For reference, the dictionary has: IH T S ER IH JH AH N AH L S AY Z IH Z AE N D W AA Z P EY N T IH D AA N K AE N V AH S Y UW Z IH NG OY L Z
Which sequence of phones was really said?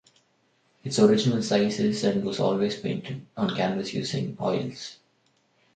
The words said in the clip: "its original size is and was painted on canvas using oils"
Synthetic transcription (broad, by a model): IH T S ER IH JH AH N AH L S AY S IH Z AE N D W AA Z P EY N T IH D AA N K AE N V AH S Y UW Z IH NG OY L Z